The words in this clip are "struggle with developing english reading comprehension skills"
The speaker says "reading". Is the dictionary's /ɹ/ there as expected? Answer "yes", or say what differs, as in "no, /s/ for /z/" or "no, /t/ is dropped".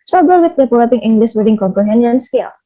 no, /w/ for /ɹ/